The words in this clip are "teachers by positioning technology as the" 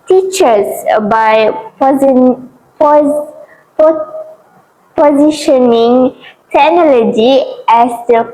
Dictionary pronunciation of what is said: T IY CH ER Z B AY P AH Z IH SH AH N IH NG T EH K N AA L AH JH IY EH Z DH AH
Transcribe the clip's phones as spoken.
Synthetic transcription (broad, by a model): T IY CH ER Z B AY P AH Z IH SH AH N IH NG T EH N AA L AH JH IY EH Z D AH